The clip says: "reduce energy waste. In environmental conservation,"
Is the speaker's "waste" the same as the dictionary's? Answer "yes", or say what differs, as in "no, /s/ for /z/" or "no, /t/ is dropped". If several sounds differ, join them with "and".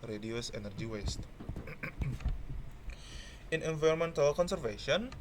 yes